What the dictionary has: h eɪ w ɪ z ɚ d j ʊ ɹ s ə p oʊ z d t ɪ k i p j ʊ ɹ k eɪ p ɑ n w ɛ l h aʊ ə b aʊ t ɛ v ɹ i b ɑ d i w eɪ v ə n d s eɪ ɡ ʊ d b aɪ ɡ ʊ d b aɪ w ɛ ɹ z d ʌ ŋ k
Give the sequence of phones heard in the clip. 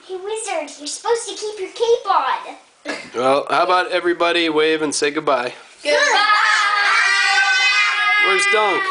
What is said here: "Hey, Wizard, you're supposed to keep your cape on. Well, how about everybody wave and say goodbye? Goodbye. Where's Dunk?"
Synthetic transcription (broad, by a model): h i w ɪ z ɚ d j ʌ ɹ s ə p oʊ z t ɪ k i p j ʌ ɹ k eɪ b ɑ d w ɛ l h aʊ ə b aʊ t ɛ v ɹ i b ɑ d i w eɪ v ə n s eɪ ɡ ʊ d b aɪ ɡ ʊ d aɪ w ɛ ɹ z d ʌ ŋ k